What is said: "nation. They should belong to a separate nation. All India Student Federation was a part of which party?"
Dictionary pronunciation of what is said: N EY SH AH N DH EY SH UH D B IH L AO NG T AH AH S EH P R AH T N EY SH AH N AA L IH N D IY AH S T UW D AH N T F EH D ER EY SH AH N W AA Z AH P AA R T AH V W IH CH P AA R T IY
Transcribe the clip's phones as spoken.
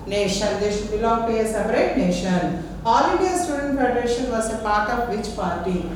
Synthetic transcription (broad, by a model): N EY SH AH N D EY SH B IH L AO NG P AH AH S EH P R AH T N EY SH AH N AA L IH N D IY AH S T UW D AH N T F EH D ER EY SH AH N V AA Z AH P AA R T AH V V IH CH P AA R T IY